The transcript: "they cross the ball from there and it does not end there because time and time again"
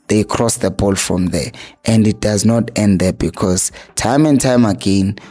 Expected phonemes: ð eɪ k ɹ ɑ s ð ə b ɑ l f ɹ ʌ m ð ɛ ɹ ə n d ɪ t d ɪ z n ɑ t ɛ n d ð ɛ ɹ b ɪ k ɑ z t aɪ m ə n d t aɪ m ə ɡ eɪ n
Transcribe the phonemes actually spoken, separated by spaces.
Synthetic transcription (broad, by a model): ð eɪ k ɹ ɑ s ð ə b ɑ l f ɹ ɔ m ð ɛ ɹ ə n d ɪ t d ɪ z n ɑ t ɛ n d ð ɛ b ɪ k ɑ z t aɪ m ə n t aɪ m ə ɡ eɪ n